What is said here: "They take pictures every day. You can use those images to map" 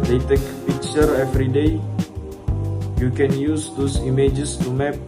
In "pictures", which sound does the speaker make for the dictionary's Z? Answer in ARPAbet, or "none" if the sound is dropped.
none